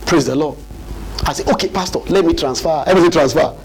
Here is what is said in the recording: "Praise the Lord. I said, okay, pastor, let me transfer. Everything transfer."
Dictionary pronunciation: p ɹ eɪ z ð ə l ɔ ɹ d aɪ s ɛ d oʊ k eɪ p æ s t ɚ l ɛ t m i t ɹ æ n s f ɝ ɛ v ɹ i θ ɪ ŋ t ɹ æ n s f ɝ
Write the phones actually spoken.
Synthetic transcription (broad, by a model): p ɹ eɪ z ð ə l ɔ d aɪ s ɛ oʊ k eɪ p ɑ s t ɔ l ɛ t m i t ɹ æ n s f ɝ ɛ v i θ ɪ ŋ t ɹ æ n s f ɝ